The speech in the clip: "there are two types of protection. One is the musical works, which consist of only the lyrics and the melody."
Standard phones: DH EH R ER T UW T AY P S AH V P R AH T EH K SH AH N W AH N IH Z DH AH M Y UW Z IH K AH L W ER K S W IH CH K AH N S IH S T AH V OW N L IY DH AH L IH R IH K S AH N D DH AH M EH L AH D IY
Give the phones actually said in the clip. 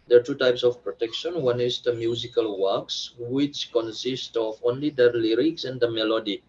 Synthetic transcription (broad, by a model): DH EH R T UW T AY P S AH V P R AH T EH K SH AH N W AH N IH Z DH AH M Y UW Z IH K AH L W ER K S W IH CH K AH N S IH S T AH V OW N L IY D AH L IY R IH K S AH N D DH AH M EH L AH D IY